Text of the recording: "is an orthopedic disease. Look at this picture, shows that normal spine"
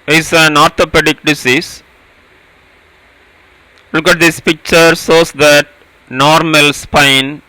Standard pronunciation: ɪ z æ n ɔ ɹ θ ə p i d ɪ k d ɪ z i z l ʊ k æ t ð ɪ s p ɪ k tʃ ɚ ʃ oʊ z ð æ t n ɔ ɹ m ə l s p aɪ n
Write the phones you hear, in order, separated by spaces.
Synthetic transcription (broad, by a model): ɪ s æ n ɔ ɹ t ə p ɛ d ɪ k d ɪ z i s l ʊ k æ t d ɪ s p ɪ k tʃ ɚ s oʊ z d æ t n ɔ ɹ m ə l s p aɪ n